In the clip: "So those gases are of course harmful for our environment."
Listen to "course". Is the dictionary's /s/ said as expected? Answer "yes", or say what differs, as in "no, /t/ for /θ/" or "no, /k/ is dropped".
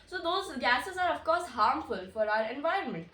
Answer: yes